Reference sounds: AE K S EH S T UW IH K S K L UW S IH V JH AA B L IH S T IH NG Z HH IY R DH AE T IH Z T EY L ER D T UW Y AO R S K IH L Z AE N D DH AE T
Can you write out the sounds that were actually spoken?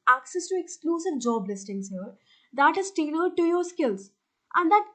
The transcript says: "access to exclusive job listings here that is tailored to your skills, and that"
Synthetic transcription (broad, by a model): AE K S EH S T UW IH K S K L UW S IH V JH AA B L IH S T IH NG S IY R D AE T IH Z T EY N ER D T UW Y AO R S K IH L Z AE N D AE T